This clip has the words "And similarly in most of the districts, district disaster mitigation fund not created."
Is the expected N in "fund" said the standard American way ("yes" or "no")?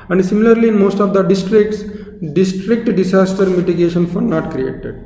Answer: no